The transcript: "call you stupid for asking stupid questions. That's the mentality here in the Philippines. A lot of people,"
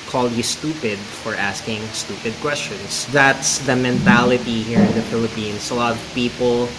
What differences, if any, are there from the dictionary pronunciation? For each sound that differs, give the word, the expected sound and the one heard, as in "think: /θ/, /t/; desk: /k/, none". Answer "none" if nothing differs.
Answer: questions: /z/, /s/; philippines: /z/, /s/